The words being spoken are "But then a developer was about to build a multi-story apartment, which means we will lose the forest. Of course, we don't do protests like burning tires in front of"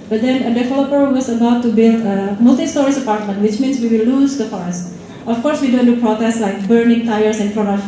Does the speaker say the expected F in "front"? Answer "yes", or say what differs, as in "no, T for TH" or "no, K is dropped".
no, P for F